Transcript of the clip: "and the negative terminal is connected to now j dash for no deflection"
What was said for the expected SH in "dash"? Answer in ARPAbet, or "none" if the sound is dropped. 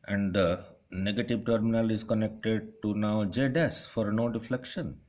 S